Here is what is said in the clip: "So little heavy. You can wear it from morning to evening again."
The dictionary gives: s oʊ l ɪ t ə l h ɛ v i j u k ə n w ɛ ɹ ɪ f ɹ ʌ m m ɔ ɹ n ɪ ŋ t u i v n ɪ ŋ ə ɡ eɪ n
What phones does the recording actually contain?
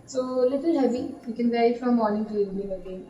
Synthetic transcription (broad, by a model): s oʊ l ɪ t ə l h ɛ b i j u k ə n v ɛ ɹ ɪ f ɹ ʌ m m ɔ ɹ n ɪ ŋ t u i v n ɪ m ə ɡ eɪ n